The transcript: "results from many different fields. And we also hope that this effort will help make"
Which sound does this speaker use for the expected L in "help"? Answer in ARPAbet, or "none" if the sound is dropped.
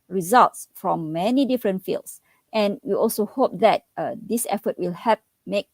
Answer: none